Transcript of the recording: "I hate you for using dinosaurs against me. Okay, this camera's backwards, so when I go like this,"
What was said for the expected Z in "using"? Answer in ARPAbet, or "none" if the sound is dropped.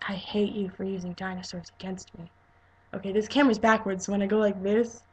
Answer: Z